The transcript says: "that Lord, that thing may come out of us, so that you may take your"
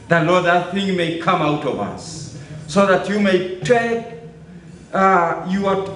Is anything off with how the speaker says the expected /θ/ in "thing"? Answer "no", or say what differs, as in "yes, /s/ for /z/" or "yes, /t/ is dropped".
no